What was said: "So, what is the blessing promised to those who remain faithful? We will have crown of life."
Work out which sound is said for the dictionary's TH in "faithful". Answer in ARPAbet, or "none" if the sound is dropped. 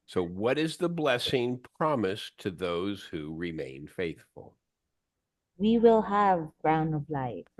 TH